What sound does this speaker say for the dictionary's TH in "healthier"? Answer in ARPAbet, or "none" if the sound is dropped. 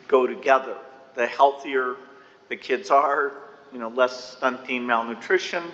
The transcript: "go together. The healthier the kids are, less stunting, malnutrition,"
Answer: TH